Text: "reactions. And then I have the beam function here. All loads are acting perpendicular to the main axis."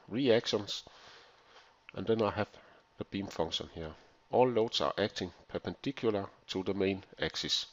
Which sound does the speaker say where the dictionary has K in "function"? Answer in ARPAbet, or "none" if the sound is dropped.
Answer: none